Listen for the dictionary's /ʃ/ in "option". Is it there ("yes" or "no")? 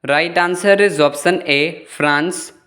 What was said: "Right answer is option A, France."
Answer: no